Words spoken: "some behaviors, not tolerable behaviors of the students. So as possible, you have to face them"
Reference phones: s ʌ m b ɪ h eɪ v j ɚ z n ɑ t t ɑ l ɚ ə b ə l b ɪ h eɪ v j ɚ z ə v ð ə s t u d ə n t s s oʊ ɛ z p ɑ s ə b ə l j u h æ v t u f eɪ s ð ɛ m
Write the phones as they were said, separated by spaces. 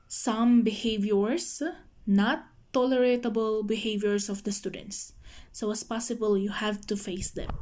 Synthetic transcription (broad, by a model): s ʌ m b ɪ h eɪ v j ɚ s n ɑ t t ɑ l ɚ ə b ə l b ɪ h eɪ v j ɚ s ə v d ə s t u d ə n t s s oʊ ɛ s p ɑ s ə b ə l j u h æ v t u f eɪ s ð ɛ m